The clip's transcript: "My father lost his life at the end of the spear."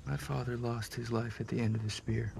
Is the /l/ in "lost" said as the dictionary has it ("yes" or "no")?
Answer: yes